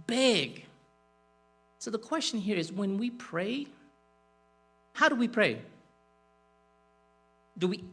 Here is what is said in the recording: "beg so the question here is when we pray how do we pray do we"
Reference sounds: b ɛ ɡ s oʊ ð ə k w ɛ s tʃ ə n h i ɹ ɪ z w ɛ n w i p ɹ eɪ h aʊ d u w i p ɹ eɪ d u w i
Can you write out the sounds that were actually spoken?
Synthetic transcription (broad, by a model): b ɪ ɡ s oʊ ð ə k w ɛ s tʃ ə n h i ɹ ɪ z w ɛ n w i p ɹ eɪ h aʊ d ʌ w i p ɹ eɪ d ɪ w i